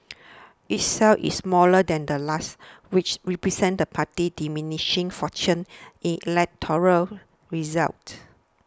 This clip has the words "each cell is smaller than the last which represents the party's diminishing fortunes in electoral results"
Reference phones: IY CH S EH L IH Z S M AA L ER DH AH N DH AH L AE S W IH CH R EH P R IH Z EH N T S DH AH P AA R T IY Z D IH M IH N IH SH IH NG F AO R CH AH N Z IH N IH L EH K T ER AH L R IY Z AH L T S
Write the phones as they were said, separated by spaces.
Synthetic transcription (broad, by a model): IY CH S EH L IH S M AA L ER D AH N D AH L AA S W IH CH R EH P R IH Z EH N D AH P AA T IY D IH M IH N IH SH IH NG F AO CH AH N IH N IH L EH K T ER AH L R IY Z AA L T